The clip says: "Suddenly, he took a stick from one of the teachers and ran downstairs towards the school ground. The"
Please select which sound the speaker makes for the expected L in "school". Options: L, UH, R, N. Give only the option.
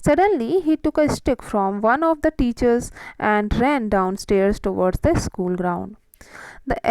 L